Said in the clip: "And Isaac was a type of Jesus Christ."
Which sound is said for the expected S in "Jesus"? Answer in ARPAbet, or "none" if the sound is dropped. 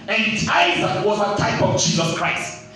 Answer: S